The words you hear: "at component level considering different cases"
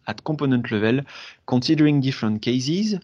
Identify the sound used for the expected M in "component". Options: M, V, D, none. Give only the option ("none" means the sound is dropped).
none